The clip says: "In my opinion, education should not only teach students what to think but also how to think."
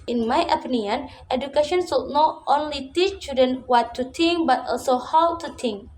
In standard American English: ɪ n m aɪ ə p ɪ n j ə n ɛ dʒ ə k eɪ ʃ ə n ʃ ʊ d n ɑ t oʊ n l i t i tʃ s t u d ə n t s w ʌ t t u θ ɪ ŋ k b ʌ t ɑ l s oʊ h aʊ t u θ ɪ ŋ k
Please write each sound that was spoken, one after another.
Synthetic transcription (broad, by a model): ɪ n m aɪ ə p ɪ n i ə n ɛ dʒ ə k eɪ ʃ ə n s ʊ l n ɑ t oʊ n l i t i tʃ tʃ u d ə n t w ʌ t t u t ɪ ŋ k b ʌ t ɑ l s oʊ h aʊ t u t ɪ ŋ k